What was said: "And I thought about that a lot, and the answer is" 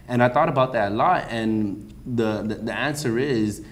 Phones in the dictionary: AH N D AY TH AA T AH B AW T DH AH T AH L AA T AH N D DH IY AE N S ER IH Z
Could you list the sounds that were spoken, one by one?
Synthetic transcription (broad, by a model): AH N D AY TH AA T AH B AW T DH AH T AH L AA T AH N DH DH IY AE N S ER IH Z